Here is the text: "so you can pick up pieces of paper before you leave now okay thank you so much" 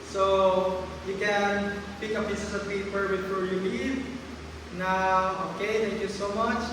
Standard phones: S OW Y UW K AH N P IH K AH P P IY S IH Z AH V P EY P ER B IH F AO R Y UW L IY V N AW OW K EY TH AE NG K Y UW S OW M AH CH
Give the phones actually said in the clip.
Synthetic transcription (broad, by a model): S OW Y UW K AH N P IH K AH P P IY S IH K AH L P EY P ER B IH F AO R Y UW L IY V N AW OW K EY T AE NG K Y UW S OW M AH CH